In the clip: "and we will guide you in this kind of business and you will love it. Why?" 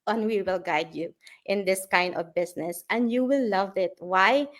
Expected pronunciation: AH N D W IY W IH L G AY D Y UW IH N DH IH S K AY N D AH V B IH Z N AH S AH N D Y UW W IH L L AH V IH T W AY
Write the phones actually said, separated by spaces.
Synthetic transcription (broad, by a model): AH N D W IY W IH L G AY D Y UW IH N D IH S K AY N D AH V B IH S N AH S AH N D Y UW W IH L L AH V IH T W AY